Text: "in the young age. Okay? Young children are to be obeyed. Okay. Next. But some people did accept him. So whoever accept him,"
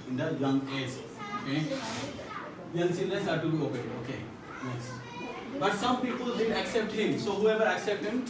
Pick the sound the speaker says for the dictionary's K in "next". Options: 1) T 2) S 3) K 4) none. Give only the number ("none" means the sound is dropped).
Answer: 4